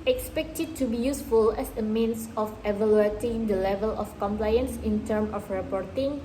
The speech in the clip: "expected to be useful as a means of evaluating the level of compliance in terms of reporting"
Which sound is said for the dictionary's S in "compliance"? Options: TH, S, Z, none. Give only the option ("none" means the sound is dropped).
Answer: S